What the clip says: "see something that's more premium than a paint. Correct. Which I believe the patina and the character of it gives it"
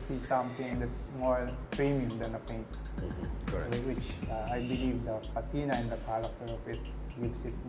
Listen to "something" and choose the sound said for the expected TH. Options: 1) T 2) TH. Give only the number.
1